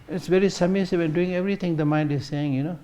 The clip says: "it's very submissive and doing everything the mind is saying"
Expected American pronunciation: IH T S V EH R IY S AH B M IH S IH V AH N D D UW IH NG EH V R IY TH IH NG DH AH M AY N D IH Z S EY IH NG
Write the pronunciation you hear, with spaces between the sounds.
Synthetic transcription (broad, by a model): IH T S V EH R IY S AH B M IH S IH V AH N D D UW IH NG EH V R IY T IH NG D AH M AY N D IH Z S EY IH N